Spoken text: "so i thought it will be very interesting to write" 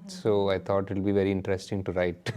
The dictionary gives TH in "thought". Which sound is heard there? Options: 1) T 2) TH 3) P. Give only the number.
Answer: 1